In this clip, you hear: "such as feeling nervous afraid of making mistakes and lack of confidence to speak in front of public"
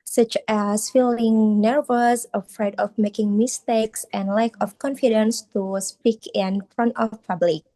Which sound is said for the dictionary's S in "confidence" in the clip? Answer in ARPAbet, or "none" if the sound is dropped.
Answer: S